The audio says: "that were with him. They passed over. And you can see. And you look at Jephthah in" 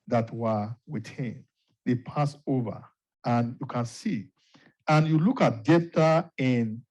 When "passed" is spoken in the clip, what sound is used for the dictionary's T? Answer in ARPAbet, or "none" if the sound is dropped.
none